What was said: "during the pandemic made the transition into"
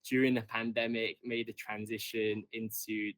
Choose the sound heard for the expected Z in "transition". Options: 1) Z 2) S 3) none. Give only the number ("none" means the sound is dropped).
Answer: 1